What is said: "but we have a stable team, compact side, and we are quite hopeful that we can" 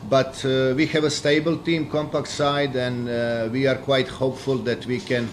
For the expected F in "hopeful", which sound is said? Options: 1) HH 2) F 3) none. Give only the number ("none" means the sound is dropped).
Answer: 2